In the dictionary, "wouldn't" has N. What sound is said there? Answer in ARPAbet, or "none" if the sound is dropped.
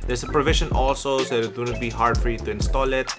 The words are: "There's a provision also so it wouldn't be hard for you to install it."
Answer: none